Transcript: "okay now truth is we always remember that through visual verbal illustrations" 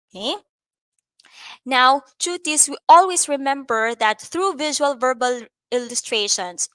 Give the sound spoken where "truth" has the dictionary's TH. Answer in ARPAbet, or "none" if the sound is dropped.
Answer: T